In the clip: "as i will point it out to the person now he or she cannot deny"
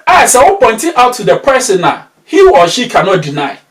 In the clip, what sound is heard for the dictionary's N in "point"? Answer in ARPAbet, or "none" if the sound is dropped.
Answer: N